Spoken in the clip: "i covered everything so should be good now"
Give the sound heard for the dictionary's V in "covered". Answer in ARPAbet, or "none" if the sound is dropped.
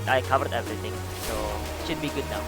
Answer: V